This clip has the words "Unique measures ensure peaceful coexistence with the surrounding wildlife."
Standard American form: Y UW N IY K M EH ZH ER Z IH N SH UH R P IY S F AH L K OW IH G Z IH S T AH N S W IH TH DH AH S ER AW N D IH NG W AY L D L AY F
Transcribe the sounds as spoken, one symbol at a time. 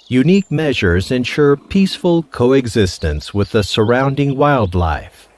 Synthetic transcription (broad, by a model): Y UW N IY K M EH ZH ER Z IH N SH UH R P IY S F AH L K OW IH G Z IH S T AH N S W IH DH AH S ER AW N D IH NG W AY L D L AY F